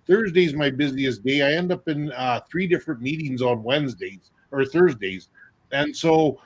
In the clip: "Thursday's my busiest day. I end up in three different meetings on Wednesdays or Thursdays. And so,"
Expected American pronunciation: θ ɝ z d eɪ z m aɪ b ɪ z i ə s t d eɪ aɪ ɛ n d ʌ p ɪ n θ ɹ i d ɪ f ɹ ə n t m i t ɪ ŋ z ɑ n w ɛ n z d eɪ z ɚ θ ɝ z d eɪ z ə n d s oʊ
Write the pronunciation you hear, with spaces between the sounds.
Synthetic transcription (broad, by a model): θ ɝ z d eɪ z m aɪ b ɪ z i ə s d eɪ aɪ ɛ n d ʌ p ɪ n θ ɹ i d ɪ f ɹ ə n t m i t ɪ ŋ z n w ɛ n z d eɪ z ɚ θ ɝ z d eɪ z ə n s oʊ